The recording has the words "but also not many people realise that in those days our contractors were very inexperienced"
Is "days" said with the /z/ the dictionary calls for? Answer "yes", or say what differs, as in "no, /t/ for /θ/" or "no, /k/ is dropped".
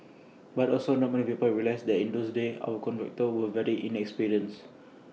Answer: no, /z/ is dropped